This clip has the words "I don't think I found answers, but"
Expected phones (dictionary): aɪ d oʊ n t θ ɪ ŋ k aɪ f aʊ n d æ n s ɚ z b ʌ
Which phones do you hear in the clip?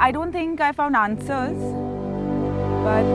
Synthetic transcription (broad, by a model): aɪ d oʊ n t t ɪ ŋ k aɪ f aʊ n d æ n s ɚ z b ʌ